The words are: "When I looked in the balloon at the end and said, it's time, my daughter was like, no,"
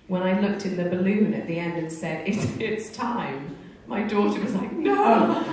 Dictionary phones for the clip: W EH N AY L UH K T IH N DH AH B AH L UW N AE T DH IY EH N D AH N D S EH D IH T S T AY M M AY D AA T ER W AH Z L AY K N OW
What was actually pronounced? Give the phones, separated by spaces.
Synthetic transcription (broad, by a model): W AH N AY L UH K T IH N DH AH B AH L UW N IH T DH IY EH N D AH N S EH D IH T S T AY M M AY D AA T ER W AH Z L AY K N OW